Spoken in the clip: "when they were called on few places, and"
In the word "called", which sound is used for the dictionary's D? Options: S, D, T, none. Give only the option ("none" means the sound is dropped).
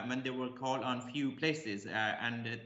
none